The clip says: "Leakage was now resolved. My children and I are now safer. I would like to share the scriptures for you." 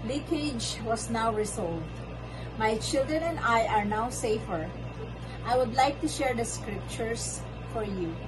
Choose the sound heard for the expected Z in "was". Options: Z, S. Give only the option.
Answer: S